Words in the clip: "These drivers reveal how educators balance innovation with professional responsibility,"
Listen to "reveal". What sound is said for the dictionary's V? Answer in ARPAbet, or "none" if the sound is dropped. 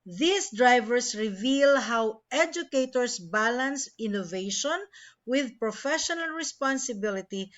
V